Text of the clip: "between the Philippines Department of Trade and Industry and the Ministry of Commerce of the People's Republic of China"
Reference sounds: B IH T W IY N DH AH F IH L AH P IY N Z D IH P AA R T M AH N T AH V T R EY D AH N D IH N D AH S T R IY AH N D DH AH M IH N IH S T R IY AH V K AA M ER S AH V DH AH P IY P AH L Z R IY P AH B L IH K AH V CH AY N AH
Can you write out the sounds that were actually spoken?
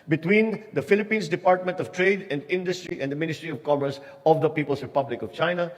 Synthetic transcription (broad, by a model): B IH T W IY N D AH F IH L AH P IY N S D IH P AA R T M AH N T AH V T R EY D AH N D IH N D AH S T R IY AH N D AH M IH N IH S T R IY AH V K AA M ER S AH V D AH P IY P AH L S R IY P AH B L IH K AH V CH AY N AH